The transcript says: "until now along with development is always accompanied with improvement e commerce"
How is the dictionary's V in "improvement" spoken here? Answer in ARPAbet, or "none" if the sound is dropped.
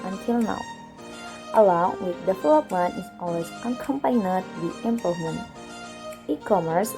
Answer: none